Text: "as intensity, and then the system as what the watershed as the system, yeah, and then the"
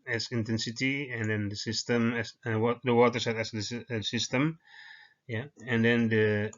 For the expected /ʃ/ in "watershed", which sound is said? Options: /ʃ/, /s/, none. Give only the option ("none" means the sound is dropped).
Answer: /s/